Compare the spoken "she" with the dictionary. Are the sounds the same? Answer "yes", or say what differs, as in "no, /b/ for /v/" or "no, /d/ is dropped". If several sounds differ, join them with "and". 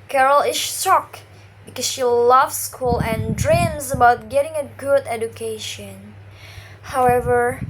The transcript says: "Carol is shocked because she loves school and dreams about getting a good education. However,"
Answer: yes